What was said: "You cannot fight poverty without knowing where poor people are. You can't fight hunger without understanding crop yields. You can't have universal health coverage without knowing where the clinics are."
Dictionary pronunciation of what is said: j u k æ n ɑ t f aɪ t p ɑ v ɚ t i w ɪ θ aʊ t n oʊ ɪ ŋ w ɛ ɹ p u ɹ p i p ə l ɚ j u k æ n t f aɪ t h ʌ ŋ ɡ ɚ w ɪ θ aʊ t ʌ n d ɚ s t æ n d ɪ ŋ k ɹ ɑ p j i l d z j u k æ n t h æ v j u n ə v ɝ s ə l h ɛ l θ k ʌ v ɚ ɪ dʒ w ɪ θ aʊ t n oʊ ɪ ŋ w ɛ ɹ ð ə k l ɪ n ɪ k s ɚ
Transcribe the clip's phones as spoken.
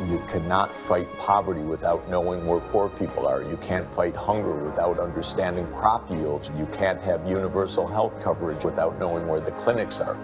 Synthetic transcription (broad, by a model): j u k æ n ɑ t f aɪ t p ɑ v ɚ t i w ɪ θ aʊ t n oʊ ɪ ŋ w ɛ ɹ p u ɹ p i p l ɚ j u k æ n t f aɪ t h ʌ ŋ ɡ ɚ w ɪ θ aʊ t ʌ n d ɚ s t æ n d ɪ ŋ k ɹ ɑ p j i l d z j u k æ n t h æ v j u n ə v ɝ s l h ɛ l θ k ʌ v ɚ ɪ dʒ w ɪ θ aʊ t n oʊ ɪ ŋ w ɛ ɹ ð ə k l ɪ n ɪ k s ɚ